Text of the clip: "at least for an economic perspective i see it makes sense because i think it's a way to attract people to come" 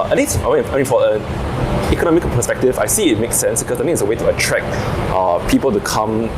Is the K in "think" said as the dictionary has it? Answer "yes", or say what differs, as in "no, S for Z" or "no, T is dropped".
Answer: no, K is dropped